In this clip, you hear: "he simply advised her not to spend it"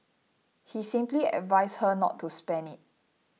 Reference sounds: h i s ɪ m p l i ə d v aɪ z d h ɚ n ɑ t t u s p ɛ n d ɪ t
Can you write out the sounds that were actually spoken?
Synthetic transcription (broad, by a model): h i s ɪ m p l i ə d v aɪ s h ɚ n ɑ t t u s p ɛ n ɪ t